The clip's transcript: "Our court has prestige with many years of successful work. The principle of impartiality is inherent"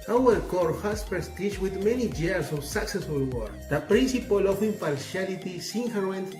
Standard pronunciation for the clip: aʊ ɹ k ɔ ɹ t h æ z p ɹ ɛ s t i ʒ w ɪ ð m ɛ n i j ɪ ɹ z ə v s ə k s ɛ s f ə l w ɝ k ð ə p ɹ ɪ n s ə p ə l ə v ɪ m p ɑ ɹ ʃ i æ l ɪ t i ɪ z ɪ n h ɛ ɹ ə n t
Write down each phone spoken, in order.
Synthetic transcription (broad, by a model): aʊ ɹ k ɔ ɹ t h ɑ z p ɹ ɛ s t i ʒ w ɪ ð m ɛ n i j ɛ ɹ s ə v s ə k s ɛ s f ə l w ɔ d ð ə p ɹ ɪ n s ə p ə l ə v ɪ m p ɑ ɹ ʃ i l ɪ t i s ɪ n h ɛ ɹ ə n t